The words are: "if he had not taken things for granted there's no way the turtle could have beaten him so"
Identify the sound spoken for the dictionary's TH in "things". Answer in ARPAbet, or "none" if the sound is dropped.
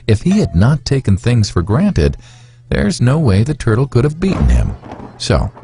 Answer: TH